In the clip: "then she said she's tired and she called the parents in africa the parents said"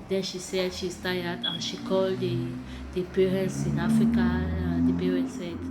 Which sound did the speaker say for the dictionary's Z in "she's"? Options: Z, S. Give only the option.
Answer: S